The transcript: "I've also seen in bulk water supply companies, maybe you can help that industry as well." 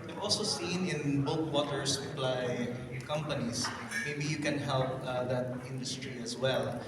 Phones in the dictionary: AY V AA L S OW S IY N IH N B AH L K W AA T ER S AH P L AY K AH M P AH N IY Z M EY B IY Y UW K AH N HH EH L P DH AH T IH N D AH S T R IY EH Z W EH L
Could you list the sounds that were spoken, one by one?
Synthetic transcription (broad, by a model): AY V AA L S OW S IY N IH N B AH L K W AA T ER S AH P L AY K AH M P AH N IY S M EY B IY Y UW K AH N HH EH L P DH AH T IH N D AH S T R IY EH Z W EH L